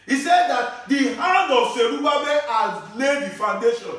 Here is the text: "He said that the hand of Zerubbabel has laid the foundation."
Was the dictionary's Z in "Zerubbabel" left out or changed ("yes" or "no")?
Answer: yes